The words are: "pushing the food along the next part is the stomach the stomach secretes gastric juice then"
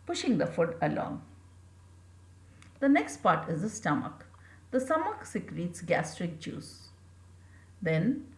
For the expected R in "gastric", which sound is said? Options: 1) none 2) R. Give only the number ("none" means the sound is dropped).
2